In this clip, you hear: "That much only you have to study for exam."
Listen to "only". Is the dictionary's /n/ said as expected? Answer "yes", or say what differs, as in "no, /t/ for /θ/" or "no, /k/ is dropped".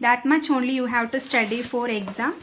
yes